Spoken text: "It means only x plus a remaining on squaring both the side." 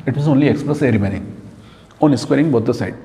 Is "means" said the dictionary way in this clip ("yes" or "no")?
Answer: no